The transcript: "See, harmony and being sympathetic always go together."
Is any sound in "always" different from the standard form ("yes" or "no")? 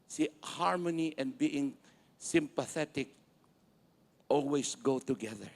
yes